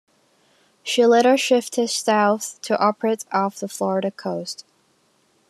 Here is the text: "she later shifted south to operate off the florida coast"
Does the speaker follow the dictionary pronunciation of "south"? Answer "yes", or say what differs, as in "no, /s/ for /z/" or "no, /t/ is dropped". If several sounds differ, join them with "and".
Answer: yes